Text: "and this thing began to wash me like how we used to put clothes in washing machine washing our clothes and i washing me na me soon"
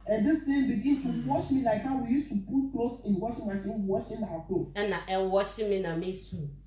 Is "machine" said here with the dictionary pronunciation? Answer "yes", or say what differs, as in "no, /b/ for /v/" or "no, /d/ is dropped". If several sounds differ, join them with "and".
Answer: no, /s/ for /ʃ/